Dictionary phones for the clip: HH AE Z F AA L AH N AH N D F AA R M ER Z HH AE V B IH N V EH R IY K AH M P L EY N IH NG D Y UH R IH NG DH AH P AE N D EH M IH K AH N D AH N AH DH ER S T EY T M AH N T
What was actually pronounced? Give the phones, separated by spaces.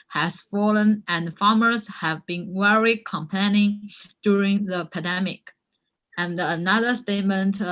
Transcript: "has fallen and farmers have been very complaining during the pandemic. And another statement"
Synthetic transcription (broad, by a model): HH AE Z F AA L AH N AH N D F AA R M ER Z HH AE V B IH N W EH R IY K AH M P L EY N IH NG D Y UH R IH NG DH AH P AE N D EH M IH K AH N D AH N AH DH ER S T EY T M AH N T